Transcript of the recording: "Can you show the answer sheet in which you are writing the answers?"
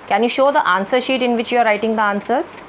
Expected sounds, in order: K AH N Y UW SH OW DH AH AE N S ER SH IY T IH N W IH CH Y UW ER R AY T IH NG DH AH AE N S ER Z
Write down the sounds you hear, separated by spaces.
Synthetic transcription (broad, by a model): K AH N Y UW SH OW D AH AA N S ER SH IY T IH N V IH CH Y UW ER R AY T IH NG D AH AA N S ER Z